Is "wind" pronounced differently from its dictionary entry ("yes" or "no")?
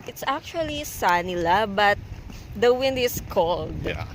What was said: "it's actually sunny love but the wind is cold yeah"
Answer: no